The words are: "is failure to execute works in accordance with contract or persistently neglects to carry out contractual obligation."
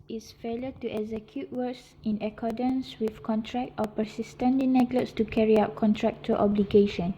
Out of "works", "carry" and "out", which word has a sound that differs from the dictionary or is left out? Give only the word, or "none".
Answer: works